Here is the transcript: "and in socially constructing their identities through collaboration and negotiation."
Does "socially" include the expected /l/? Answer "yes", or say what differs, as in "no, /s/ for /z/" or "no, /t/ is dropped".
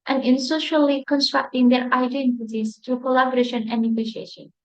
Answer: yes